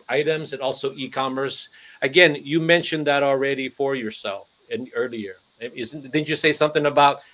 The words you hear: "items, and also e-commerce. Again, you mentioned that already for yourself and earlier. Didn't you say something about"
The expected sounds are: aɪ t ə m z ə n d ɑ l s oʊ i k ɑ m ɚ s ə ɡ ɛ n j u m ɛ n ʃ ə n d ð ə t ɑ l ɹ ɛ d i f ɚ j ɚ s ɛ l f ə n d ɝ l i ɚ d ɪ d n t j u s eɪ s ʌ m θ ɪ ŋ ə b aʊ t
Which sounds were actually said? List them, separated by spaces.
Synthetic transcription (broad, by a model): aɪ t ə m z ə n ɑ l s oʊ i k ɑ m ɚ s ə ɡ ɛ n j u m ɛ n ʃ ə n ð ə t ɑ l ɹ ɛ d i f ɚ j ɚ s ɛ l f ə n ɝ l i ɚ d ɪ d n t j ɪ s eɪ s ʌ m θ ɪ ŋ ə b aʊ t